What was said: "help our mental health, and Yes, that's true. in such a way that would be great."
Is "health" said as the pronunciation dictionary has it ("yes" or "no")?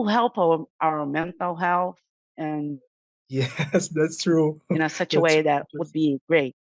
yes